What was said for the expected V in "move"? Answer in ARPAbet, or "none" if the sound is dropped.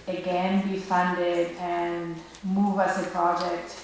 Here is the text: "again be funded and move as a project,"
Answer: V